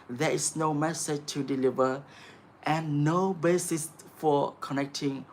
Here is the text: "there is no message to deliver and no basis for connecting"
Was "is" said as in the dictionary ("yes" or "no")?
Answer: no